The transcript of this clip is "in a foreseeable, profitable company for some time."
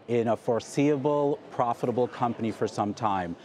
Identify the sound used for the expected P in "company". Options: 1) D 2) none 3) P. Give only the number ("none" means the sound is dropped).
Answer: 3